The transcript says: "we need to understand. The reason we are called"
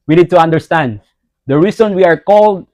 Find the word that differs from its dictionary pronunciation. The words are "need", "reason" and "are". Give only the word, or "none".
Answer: reason